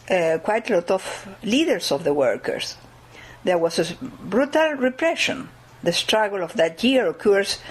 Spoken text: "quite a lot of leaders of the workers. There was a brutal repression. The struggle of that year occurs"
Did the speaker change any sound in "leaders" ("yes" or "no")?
yes